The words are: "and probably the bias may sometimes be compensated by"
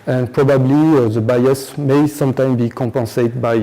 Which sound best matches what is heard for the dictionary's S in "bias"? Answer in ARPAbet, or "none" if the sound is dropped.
S